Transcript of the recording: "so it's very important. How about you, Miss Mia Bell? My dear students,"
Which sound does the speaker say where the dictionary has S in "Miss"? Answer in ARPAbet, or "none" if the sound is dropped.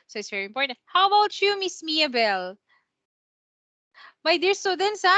S